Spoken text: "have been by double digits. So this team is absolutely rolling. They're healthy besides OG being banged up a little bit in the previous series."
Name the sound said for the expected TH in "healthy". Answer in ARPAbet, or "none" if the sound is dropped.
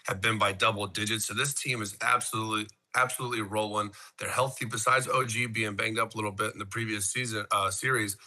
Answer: TH